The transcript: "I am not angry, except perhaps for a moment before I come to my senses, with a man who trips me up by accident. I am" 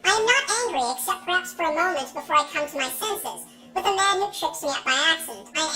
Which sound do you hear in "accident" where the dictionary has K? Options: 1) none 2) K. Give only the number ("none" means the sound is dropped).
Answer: 1